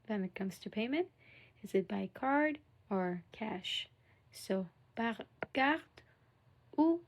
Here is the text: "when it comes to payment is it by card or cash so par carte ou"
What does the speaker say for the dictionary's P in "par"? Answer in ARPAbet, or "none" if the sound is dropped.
B